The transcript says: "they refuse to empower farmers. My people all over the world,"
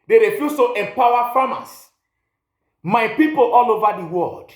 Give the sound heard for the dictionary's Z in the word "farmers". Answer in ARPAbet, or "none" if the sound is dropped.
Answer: S